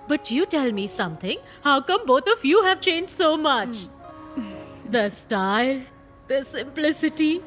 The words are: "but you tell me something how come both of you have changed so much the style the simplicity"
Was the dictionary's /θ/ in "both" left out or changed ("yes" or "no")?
yes